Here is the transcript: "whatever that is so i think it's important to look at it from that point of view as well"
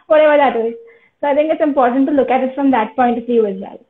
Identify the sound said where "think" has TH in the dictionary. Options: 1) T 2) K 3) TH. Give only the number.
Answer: 1